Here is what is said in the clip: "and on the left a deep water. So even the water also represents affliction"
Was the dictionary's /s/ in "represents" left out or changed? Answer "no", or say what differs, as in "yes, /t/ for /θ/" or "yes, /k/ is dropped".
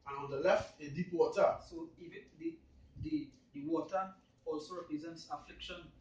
no